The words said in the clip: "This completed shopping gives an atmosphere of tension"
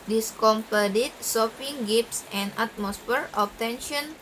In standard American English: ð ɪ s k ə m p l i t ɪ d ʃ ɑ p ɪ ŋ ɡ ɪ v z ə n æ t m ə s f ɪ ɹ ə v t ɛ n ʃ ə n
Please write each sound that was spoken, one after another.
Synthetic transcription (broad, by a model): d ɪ s k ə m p ʌ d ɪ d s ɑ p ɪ ŋ ɡ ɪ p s ə n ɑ t m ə s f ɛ ɹ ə p t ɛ n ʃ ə n